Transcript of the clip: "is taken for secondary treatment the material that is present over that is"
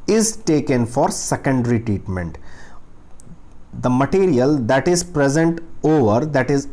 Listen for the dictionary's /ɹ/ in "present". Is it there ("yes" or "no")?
yes